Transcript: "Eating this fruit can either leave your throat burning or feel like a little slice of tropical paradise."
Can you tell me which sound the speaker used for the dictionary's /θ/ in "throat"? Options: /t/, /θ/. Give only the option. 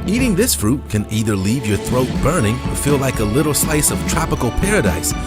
/θ/